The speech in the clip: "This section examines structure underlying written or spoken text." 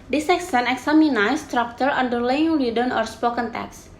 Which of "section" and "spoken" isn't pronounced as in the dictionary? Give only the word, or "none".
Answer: section